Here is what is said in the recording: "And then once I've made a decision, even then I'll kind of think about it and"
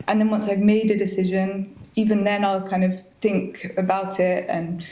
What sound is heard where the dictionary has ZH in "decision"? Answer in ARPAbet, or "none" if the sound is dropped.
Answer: ZH